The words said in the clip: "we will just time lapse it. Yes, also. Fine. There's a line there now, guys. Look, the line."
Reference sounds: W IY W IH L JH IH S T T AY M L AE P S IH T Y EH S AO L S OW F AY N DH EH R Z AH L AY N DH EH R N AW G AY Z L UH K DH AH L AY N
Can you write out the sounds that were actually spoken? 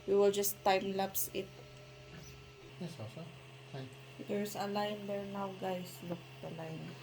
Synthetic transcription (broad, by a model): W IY W IH L JH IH S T T AY M L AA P S IH T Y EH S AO S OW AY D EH R S AH L AY N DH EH R N AW G AY S L UH K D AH L AY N